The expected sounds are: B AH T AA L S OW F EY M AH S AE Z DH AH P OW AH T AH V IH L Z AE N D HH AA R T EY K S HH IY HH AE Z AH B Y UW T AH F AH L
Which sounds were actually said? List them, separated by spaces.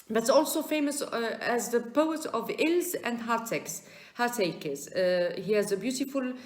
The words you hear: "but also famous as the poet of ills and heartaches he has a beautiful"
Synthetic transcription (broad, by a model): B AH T AA L S OW F EY M AH S AE Z DH AH P OW AH T AH V IH L Z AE N D HH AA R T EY K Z HH IY HH AE Z AH B Y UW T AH F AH L